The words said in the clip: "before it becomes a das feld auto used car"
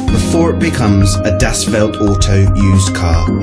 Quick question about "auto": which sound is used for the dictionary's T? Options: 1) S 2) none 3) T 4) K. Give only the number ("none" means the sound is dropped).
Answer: 3